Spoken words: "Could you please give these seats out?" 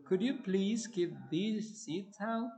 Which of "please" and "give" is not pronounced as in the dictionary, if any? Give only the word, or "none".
none